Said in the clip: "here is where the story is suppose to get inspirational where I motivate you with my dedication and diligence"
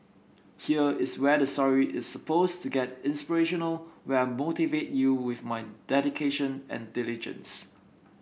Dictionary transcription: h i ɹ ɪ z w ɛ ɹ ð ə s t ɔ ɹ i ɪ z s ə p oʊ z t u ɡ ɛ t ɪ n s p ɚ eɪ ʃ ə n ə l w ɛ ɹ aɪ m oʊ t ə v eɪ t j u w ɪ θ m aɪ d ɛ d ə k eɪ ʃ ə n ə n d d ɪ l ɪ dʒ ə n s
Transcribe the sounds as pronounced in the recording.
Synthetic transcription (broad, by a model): h i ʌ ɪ s w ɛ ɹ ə s t ɔ ɹ i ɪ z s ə p oʊ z t u ɡ ɛ t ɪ n s p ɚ eɪ ʃ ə n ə l w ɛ aɪ m oʊ t ə v eɪ t j u w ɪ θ m aɪ d ɛ d ə k eɪ ʃ ə n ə n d d ɪ l ɪ dʒ ə n s